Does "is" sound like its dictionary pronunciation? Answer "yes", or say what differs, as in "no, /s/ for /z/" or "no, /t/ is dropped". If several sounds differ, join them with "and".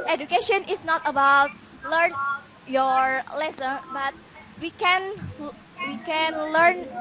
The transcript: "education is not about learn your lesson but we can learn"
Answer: no, /s/ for /z/